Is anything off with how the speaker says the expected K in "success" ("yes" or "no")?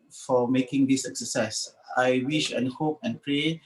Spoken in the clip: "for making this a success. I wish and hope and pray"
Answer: yes